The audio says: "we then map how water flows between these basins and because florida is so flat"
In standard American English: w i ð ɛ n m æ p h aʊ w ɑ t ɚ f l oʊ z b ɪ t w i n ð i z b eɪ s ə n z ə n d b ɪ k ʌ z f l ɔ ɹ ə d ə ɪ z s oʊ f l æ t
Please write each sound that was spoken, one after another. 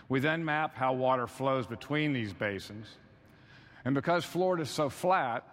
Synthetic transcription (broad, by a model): w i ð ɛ n m æ p h aʊ w ɑ t ɚ f l oʊ z b ɪ t w i n ð i z b eɪ s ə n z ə n b ɪ k ʌ z f l ɔ ɹ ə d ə ɪ z s oʊ f l æ t